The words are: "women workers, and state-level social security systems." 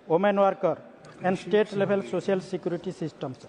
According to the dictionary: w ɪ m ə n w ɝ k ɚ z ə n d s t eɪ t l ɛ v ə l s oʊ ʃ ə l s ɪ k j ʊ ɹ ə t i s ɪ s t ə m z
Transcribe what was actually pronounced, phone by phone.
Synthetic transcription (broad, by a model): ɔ m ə n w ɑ k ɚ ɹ ə n d s t eɪ t l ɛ b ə l s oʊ s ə l s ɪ k j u ɹ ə t i s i s t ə m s